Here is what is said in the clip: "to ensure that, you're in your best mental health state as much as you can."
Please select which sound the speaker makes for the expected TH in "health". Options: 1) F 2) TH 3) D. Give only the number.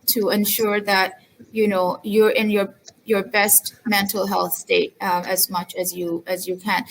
2